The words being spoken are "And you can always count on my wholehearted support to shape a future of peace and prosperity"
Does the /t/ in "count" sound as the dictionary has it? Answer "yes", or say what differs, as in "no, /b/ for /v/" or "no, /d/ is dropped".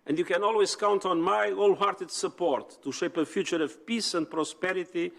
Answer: yes